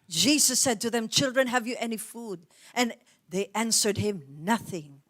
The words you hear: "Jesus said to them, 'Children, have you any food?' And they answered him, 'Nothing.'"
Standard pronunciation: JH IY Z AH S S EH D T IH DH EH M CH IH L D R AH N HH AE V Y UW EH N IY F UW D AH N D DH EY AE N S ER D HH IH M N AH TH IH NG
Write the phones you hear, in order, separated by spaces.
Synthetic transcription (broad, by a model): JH IY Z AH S S EH D T IH DH EH M CH IH L D R AH N HH AE V Y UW EH N IY F UW D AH N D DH EY AE N S ER D HH IH M N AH TH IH NG